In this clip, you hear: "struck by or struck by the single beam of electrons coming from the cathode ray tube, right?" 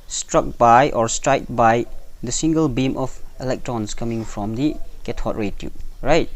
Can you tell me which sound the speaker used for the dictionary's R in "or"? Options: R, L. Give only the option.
R